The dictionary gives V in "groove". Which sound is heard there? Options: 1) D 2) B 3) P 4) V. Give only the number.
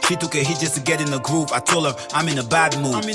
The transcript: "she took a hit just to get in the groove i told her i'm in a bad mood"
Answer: 3